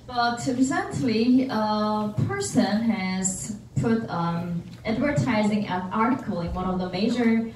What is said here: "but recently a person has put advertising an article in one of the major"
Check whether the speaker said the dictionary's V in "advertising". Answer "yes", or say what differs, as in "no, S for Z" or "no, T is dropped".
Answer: yes